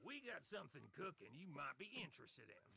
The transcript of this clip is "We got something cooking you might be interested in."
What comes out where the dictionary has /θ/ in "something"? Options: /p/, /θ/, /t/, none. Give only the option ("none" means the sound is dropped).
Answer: /θ/